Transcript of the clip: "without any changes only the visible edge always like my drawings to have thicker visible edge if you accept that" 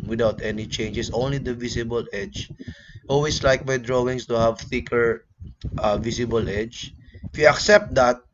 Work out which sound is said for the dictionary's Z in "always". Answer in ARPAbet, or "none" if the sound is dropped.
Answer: S